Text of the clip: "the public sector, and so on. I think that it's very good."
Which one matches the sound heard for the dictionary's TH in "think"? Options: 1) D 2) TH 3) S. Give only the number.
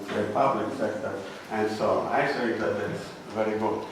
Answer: 3